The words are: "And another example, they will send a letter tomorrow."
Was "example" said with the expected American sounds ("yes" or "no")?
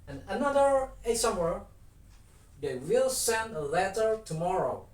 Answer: no